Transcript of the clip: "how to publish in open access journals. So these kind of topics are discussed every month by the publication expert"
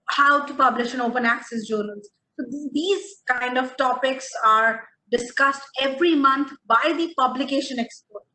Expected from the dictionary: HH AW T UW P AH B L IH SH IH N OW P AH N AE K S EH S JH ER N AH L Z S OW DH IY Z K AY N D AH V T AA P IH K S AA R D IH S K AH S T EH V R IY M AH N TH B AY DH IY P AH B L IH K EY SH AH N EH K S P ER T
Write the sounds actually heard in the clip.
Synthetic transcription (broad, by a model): HH AW T UW P AH B L IH SH IH N OW P AH N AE K S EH S JH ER N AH L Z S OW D IY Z K AY N D AH V T AA P IH K S AA R D IH S K AH S T EH V R IY M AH N T B AY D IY P AH B L IH K EY SH AH N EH K S P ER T